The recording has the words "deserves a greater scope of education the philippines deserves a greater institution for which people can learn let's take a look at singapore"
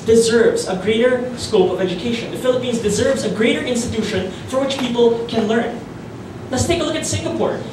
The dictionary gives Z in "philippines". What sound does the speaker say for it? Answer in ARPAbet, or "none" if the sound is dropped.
Z